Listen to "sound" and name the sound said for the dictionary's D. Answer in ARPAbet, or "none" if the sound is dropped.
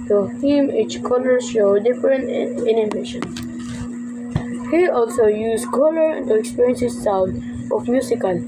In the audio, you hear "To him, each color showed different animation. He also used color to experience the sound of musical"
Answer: none